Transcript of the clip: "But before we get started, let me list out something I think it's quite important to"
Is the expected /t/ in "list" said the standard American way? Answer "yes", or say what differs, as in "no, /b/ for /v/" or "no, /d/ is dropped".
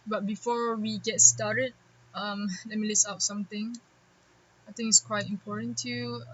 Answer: no, /t/ is dropped